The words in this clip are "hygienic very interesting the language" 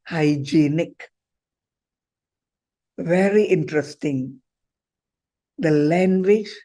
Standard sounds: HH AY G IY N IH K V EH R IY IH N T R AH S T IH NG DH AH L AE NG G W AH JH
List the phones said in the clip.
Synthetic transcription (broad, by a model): HH AY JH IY N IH K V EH R IY IH N T R AH S T IH NG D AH L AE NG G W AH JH